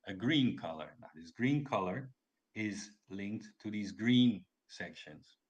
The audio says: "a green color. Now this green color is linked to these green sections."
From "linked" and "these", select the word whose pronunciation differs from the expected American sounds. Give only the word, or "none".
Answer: none